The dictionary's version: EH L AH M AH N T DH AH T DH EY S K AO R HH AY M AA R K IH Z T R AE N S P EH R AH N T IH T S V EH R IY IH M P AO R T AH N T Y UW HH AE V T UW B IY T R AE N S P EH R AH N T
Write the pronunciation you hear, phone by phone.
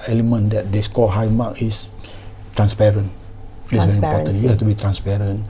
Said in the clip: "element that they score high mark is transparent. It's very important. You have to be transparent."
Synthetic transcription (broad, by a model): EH L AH M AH N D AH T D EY S K AO L HH AY M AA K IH S T R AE N S P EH R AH N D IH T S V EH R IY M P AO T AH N Y UW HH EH F T UW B IY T R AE N S P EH R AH N